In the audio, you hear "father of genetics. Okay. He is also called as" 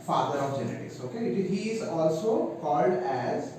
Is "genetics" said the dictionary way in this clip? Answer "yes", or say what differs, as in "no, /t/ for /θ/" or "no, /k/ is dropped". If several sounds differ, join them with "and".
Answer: no, /k/ is dropped